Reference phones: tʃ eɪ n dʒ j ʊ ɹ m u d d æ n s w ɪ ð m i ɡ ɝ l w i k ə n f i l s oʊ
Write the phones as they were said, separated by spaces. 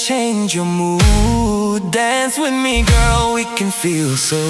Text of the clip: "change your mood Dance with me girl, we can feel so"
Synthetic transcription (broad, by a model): tʃ eɪ n dʒ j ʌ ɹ m u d d æ n s w ɪ ð m i ɡ ɝ l w i k ə n f i l s oʊ